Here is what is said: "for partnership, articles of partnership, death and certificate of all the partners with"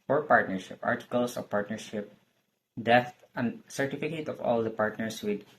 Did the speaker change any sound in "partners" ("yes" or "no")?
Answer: yes